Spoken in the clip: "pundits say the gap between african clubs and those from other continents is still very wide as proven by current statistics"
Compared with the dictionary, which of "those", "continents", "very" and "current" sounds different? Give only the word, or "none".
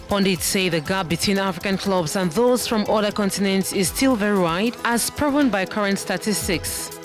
none